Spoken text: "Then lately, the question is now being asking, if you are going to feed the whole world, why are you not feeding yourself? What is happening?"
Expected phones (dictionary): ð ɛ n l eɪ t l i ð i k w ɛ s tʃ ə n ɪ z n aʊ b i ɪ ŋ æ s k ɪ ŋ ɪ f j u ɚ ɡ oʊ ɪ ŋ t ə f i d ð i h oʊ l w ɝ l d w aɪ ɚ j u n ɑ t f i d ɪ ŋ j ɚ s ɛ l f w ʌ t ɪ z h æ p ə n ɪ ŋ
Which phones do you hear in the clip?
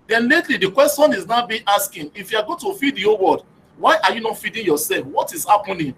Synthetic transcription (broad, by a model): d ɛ n l eɪ t l i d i k w ɛ s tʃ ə n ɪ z n aʊ b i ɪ s k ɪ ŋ ɪ f j u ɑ ɡ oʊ t ə f i d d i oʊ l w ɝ d w aɪ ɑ j u n ɑ t f i d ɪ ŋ j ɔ s ɛ l f w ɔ t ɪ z h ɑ p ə n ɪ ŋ